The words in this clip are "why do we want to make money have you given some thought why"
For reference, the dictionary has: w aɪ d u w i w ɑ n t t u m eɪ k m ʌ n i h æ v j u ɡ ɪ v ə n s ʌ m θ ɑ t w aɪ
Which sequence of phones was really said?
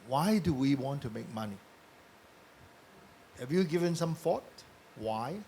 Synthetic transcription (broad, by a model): w aɪ d u w i w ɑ n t t u m eɪ k m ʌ n i h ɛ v j u ɡ ɪ v ə n s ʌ m f ɑ t w aɪ